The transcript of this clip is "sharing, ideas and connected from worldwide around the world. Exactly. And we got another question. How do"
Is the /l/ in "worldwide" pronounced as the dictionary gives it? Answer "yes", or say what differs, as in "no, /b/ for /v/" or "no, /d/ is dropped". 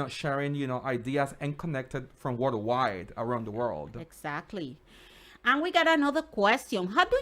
no, /l/ is dropped